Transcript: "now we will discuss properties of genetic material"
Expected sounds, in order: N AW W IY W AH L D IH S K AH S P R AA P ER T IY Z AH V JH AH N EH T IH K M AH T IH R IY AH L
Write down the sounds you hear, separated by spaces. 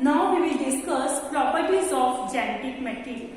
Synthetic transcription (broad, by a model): N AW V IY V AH L D IH S K AH S P R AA P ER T IY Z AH F JH AH N EH T IH K M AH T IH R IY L